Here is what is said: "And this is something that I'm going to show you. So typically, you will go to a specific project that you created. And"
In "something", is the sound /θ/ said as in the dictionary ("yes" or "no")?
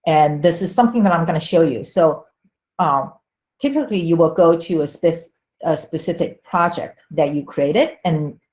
yes